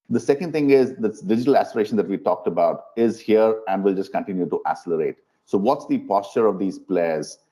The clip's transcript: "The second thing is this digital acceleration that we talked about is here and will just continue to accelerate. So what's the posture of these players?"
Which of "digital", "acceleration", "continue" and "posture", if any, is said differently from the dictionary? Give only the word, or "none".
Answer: acceleration